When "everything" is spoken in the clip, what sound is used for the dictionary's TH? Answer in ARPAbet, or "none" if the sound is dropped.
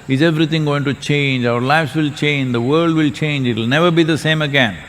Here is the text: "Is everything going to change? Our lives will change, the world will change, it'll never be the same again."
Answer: T